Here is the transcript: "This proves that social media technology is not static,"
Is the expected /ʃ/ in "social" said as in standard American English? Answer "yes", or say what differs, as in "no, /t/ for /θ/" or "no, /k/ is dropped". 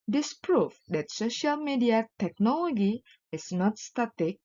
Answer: yes